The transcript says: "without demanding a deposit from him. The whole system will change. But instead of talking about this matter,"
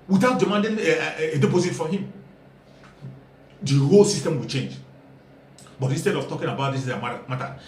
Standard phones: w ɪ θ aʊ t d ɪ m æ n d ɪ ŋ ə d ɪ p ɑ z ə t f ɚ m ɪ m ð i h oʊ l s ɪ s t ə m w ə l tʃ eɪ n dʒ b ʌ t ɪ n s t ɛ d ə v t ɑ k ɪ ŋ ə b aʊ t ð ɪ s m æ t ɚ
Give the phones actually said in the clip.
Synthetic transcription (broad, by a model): w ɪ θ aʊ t d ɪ m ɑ n d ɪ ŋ ə d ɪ p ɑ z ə t f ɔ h ɪ m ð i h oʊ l s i s t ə m w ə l tʃ eɪ n dʒ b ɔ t ɪ n s t ɛ d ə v t ɑ k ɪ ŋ ə b aʊ t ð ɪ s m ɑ t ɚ